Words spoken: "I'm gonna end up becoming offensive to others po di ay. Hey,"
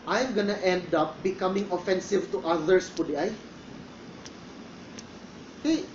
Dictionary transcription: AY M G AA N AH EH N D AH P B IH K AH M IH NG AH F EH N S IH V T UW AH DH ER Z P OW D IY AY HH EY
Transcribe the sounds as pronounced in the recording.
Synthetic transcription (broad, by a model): AY M G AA N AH EH N D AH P B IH K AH M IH NG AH F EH N S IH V T UW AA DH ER S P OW D IY AY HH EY